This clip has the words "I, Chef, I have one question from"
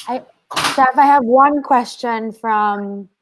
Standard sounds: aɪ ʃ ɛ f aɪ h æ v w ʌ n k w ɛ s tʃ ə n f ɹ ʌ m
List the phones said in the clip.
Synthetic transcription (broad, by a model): aɪ s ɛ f aɪ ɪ v w ʌ n k w ɛ s tʃ ə n f ɹ ʌ m